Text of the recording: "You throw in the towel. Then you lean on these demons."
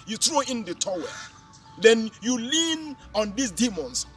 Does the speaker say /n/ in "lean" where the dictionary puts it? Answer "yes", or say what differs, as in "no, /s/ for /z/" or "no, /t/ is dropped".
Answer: yes